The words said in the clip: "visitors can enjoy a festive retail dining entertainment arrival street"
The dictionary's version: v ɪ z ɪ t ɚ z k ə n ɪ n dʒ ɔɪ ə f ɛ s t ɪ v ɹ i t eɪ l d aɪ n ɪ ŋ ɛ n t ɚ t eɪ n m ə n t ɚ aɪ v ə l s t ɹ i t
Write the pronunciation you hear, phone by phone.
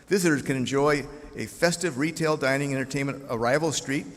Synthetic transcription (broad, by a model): v ɪ z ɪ t ɚ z k ə n ɪ n dʒ ɔɪ ə f ɛ s t ɪ v ɹ i t eɪ l d aɪ n ɪ ŋ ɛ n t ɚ t eɪ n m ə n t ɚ aɪ v l s t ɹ i t